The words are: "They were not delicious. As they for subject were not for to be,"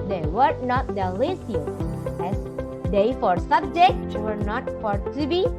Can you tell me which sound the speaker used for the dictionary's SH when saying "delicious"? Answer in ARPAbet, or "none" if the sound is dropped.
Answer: S